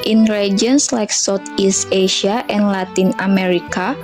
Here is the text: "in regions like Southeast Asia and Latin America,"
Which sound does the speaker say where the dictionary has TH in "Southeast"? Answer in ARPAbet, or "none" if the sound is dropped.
T